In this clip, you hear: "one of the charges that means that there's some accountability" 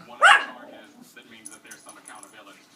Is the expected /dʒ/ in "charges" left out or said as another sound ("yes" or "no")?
yes